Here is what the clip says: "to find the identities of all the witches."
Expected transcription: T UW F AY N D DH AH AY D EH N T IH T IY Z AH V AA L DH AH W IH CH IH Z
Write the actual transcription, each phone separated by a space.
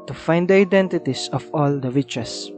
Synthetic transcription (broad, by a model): T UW F AY N D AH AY D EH N T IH T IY S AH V AA L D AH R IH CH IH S